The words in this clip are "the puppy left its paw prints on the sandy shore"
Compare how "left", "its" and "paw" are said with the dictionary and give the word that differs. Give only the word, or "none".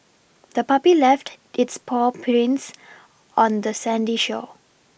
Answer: none